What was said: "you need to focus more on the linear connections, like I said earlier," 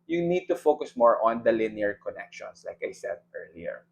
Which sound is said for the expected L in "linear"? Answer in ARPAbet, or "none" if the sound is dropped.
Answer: L